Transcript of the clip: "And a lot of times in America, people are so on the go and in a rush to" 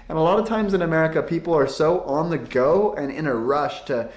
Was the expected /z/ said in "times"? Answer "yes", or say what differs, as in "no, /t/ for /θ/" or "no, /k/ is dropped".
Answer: yes